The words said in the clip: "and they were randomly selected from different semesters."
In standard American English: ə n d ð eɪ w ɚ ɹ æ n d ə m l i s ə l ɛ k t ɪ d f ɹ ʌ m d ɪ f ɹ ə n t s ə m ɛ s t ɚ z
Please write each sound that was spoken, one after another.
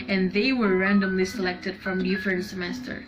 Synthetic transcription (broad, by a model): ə n ð eɪ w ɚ ɹ æ n d ə m l i s ə l ɛ k t ɪ d f ɹ ʌ m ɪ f ə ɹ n s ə m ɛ s t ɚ